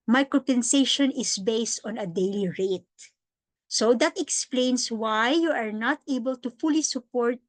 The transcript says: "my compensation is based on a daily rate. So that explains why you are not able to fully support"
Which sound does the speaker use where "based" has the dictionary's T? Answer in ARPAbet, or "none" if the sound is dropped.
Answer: T